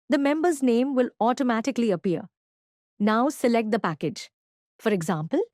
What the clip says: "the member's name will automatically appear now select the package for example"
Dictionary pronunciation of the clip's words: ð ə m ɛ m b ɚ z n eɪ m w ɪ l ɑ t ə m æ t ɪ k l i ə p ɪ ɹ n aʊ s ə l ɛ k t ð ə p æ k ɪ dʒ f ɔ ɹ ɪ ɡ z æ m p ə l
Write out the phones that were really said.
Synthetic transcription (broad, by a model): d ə m ɛ m b ɚ z n eɪ m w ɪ l ɑ t ə m æ t ɪ k l i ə p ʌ ɹ n aʊ s ə l ɛ k t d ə p æ k ɪ dʒ f ɔ ɹ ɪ ɡ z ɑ m p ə l